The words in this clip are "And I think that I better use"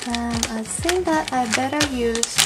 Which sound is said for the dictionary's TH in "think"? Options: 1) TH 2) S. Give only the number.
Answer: 2